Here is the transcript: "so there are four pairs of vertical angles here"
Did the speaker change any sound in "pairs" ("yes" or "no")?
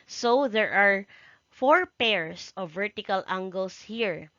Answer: yes